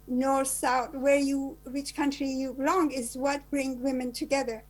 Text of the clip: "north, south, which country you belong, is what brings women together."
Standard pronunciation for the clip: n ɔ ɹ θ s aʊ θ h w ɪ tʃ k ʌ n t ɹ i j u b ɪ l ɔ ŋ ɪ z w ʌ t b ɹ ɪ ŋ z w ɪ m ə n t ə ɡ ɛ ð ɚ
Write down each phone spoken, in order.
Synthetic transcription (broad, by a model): n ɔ ɹ s aʊ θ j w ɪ tʃ k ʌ n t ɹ i j u b ɪ l ɔ ŋ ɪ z w ʌ t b ɹ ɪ ŋ w ɪ m ə n t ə ɡ ɛ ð ɚ